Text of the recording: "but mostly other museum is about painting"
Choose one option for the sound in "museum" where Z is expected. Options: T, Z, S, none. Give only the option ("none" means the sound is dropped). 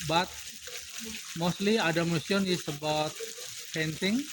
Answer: S